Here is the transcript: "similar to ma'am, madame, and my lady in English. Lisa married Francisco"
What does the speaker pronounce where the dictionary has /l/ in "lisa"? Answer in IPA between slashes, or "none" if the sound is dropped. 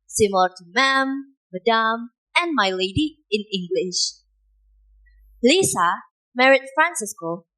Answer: /l/